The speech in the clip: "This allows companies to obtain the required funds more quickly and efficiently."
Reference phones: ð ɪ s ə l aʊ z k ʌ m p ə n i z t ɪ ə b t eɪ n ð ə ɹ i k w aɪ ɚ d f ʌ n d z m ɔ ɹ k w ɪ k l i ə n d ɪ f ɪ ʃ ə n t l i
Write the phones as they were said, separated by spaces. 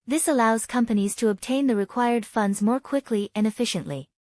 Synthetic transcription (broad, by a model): ð ɪ s ə l aʊ z k ʌ m p ə n i z t ɪ ə b t eɪ n ð ə ɹ i k w aɪ ɚ d f ʌ n d z m ɔ ɹ k w ɪ k l i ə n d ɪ f ɪ ʃ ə n t l i